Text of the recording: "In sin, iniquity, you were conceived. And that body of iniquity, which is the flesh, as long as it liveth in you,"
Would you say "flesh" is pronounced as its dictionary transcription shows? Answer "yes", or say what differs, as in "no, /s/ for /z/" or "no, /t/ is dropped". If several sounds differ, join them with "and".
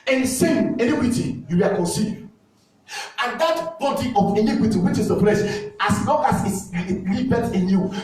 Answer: no, /p/ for /f/